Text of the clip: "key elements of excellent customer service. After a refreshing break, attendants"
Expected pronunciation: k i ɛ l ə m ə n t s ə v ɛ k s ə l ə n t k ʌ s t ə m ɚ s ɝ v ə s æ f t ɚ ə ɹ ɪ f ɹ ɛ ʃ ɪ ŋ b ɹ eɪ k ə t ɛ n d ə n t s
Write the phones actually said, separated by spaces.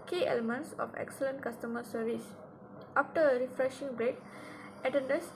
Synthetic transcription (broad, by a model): k i ɛ l ə m ə n t s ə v ɛ k s ə l ə n t k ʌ s t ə m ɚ s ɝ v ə s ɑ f t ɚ ə ɹ ɪ f ɹ ɛ ʃ ɪ ŋ b ɹ eɪ k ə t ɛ n d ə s